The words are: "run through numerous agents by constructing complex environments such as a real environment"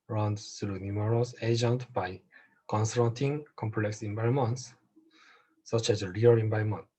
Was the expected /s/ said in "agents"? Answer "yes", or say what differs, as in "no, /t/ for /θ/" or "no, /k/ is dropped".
no, /s/ is dropped